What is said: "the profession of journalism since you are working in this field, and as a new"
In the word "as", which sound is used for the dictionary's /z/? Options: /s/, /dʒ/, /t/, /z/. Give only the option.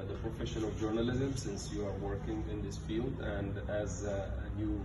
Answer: /z/